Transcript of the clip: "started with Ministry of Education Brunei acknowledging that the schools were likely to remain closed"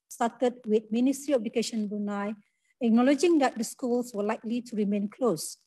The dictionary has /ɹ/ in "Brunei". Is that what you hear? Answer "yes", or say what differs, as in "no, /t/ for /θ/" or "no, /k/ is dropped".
no, /ɹ/ is dropped